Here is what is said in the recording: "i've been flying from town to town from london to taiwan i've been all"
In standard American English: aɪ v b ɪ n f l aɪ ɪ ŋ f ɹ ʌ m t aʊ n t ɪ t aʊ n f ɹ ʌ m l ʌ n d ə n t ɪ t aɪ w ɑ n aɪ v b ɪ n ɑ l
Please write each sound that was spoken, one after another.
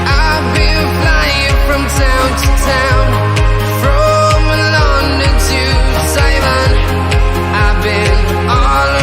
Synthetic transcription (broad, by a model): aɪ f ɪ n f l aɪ ɪ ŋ f ɹ ʌ m t aʊ n t ɪ t aʊ n f ɹ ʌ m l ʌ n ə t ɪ s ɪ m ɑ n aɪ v b ɪ n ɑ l